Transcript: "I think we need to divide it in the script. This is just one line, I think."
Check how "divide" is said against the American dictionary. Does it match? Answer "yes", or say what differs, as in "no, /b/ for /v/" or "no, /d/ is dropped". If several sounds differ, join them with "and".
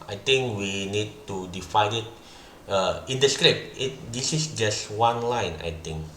no, /f/ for /v/